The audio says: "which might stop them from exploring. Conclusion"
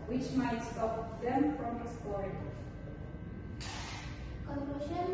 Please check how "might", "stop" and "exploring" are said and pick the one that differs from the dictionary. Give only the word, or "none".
exploring